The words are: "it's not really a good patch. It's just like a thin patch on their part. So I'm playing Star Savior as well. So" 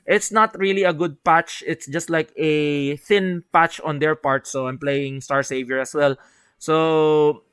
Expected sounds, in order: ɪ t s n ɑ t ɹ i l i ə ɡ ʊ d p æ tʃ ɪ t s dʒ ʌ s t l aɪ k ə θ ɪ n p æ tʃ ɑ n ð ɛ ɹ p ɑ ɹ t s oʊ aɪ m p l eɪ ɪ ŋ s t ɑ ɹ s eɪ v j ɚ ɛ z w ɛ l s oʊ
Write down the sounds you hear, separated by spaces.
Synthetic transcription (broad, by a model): ɪ t s n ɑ t ɹ i l i ə ɡ ʊ d p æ tʃ ɪ t s dʒ ʌ s t l aɪ k ə θ ɪ n p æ tʃ ɑ n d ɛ ɹ p ɑ ɹ t s oʊ aɪ m p l eɪ ɪ ŋ s t ɑ ɹ s eɪ v j ɚ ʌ s w ɛ l s oʊ